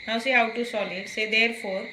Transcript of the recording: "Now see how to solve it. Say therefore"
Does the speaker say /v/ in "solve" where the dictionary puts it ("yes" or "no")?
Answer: no